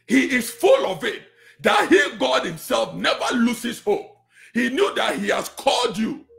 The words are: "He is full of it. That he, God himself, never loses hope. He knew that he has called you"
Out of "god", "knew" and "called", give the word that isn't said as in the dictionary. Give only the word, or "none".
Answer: none